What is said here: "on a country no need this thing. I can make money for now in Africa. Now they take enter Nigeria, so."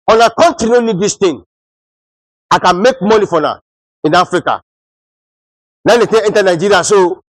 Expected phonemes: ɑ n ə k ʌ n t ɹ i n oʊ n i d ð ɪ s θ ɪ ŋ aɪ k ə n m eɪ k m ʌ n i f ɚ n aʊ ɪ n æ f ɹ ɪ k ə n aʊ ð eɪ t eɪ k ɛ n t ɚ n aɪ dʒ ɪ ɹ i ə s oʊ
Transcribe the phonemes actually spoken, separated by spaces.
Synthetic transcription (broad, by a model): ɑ n ə k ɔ n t ɹ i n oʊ n i d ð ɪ s t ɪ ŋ aɪ k ə n m eɪ k m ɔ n i f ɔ n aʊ ɪ n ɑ f ɹ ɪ k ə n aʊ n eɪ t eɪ ɛ n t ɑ n aɪ dʒ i ɹ i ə s oʊ